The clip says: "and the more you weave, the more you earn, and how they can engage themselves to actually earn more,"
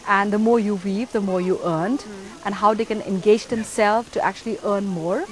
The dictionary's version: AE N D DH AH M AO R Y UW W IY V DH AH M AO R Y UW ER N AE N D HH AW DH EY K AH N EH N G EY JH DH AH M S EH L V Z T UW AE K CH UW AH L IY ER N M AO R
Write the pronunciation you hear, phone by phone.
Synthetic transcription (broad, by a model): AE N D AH M AO R Y UW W IY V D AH M AO R Y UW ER N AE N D HH AW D EY K AH N EH N G EY JH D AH M S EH L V T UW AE K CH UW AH L IY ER N M AO R